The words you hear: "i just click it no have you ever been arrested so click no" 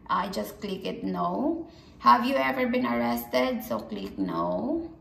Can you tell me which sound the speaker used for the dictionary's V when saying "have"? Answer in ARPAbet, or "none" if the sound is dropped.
V